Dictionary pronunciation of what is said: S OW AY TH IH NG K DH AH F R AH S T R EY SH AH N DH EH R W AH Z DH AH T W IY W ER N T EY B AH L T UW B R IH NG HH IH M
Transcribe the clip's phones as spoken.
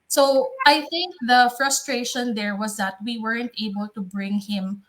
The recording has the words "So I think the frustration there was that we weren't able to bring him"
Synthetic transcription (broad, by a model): S OW AY TH IH NG K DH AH F R AH S T R EY SH AH N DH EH R W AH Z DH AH T W IY W ER N T EY B AH L T UW B R IH NG HH IH M